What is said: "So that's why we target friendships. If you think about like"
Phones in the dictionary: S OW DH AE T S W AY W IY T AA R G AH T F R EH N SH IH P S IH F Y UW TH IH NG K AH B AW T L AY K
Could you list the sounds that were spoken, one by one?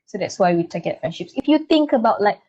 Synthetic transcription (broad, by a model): S OW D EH T S W AY W IY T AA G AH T F R EH N SH IH P S IH F Y UW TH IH NG K AH B AW T L AY K